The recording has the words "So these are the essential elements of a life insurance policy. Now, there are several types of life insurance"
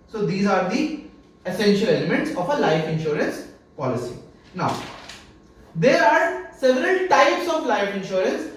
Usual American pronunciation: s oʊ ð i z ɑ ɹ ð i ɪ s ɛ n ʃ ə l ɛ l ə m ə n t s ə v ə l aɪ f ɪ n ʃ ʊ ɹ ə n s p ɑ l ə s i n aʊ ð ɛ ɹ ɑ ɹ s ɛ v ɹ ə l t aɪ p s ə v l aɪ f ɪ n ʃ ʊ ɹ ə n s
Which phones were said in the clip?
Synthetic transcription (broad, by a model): s oʊ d i z ɑ ɹ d i ɪ s ɛ n ʃ ə l ɛ l ə m ə n t s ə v ə l aɪ f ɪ n ʃ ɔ ɹ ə n s p ɑ l ə s i n aʊ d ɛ ɹ ɑ ɹ s ɛ v ɹ ə l t aɪ p s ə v l aɪ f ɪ n ʃ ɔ ɹ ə n s